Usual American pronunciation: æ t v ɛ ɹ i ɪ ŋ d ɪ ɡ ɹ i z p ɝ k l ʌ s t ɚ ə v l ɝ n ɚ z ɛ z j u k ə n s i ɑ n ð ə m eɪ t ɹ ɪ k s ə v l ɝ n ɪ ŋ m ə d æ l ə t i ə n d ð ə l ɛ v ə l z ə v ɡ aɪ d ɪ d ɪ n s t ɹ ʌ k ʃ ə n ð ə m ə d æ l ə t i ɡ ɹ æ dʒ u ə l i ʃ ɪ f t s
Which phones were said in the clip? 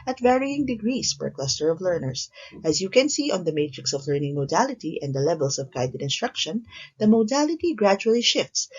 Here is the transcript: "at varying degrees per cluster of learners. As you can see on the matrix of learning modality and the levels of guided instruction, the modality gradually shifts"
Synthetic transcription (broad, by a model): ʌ t v ɛ ɹ i ɪ ŋ d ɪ ɡ ɹ i s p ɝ k l ʌ s t ɚ ə v l ɝ n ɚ s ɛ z j u k ə n s i ɑ n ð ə m eɪ t ɹ ɪ k s ə v l ɝ n ɪ ŋ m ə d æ l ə t i ə n d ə l ɛ v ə l s ə v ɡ aɪ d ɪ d ɪ n s t ɹ ʌ k ʃ ə n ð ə m ə d æ l ə t i ɡ ɹ æ dʒ u ə l i ʃ ɪ f t s